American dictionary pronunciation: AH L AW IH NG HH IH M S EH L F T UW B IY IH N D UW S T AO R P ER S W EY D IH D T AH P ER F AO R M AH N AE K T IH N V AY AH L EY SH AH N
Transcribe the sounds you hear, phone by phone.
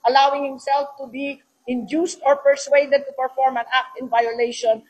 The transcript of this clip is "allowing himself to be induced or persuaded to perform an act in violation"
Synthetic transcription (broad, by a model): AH L AW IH NG HH IH M S EH L F T UW B IY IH N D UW S T AO R P ER S W EY D IH D T AH P ER F AO R M AH N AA K T IH N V AY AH L EY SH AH N